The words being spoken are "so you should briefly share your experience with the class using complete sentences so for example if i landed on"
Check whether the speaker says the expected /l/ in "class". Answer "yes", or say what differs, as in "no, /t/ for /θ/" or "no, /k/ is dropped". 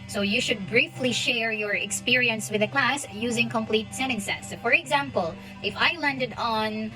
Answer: yes